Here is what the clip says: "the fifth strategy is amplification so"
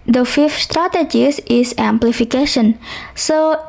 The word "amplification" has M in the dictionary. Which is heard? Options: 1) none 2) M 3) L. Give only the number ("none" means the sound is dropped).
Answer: 2